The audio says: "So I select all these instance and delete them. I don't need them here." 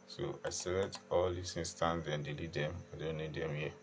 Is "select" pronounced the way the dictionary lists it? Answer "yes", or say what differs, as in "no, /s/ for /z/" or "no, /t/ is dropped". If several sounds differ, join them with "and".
no, /k/ is dropped